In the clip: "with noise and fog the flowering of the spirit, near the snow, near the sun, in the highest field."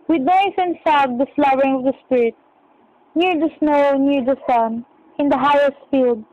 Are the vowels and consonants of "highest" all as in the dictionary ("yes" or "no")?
yes